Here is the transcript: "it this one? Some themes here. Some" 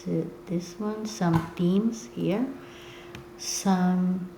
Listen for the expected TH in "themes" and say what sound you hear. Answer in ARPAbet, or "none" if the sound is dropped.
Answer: T